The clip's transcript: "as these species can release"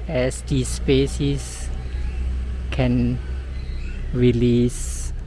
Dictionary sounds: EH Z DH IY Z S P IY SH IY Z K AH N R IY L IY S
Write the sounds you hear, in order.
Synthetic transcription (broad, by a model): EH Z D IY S P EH S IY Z K AH N R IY L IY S